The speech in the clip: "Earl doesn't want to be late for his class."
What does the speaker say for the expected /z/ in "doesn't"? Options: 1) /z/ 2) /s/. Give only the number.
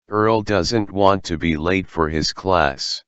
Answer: 1